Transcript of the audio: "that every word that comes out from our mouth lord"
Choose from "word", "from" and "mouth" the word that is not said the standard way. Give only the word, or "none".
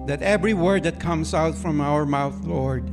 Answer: none